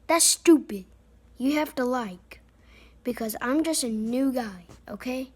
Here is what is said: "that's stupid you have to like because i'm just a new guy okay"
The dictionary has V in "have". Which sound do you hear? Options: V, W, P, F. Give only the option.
F